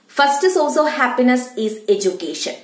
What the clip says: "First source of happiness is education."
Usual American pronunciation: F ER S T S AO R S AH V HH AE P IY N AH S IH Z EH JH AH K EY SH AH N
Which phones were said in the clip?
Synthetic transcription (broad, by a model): F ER S T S AO L S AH HH AE P IY N AH S IH Z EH JH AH K EY SH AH N